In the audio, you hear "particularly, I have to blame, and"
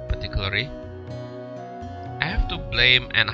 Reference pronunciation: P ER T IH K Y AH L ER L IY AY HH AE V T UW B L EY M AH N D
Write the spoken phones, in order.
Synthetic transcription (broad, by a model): P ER T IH K Y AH L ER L IY AY HH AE F T UW B L EY M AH N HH